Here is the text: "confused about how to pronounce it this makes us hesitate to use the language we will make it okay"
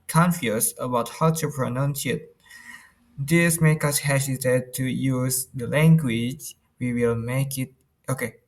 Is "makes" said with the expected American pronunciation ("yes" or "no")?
no